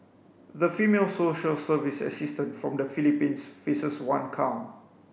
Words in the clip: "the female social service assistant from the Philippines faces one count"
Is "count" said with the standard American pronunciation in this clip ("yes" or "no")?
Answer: no